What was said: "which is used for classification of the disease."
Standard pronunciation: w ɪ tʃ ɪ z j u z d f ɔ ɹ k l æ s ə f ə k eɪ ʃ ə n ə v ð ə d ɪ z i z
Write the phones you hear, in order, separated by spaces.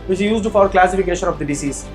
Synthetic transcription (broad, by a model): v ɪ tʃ ɪ z j u z d f ɔ ɹ k l æ s ə f ə k eɪ ʃ ə n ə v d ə d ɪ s i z